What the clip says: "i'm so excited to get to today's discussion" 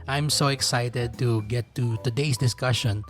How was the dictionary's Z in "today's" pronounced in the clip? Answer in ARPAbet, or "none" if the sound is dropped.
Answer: S